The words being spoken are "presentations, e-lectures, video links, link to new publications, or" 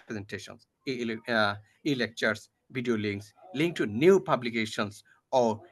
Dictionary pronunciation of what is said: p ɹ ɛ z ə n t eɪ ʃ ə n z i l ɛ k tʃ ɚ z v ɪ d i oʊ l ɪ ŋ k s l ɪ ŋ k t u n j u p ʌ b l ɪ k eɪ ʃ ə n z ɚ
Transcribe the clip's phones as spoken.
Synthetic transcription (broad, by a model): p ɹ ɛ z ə n t eɪ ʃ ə n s i l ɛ k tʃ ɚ s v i d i oʊ l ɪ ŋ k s l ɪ ŋ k t u n j u p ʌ b l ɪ k eɪ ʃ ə n s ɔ